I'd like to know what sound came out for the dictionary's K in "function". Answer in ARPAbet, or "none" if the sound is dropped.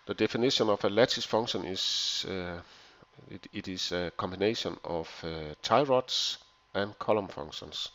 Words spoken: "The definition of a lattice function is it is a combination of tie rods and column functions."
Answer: none